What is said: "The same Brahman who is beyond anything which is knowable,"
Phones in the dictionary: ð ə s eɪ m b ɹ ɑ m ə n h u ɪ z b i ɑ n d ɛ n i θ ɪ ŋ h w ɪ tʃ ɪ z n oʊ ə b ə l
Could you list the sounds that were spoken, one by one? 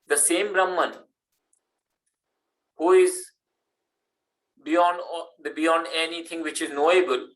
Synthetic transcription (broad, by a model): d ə s eɪ m b ɹ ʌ m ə n h u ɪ z b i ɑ n d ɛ n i t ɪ ŋ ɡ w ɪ tʃ ɪ z n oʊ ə b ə l